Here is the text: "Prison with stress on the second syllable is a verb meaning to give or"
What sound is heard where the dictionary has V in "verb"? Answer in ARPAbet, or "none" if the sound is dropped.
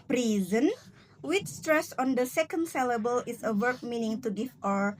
W